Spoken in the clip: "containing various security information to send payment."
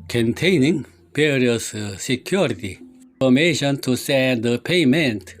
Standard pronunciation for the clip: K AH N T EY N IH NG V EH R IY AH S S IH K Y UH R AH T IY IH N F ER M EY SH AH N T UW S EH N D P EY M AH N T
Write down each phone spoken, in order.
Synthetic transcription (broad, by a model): K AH N T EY N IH NG P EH R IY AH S S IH K Y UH R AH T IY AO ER M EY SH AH N T UW S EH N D P EY M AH N T